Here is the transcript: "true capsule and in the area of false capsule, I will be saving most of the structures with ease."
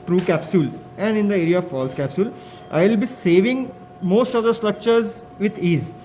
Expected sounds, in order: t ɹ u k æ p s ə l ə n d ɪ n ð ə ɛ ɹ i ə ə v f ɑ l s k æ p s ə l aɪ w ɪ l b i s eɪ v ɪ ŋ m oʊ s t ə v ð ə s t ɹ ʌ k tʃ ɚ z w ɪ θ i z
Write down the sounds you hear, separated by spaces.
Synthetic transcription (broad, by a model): t ɹ u k æ p s ə l ə n d ɪ n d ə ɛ ɹ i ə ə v f ɑ l s k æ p s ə l aɪ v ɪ l b i s eɪ v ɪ ŋ m oʊ s t ə v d ə s t ɹ ʌ k tʃ ɚ z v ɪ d i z